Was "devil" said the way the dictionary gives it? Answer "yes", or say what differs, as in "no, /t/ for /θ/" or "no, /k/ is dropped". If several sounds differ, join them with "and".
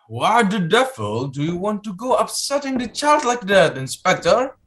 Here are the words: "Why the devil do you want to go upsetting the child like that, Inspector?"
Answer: no, /f/ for /v/